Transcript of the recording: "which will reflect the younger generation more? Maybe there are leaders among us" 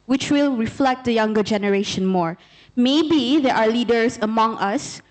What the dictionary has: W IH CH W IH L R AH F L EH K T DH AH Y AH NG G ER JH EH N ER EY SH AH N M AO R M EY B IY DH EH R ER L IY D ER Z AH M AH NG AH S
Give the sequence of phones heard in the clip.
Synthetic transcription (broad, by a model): W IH CH W IH L R AH F L EH K T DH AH Y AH NG G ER JH EH N ER EY SH AH N M AO R M EY B IY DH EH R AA L IY D ER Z AH M AH NG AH S